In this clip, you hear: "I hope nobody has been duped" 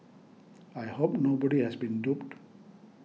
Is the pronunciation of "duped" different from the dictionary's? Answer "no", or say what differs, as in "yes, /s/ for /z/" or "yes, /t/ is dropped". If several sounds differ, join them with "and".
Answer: no